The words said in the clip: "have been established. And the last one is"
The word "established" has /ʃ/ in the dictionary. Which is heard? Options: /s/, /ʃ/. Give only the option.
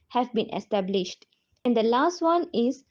/ʃ/